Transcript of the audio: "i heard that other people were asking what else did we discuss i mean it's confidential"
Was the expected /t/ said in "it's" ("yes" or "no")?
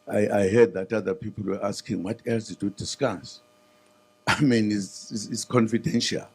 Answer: no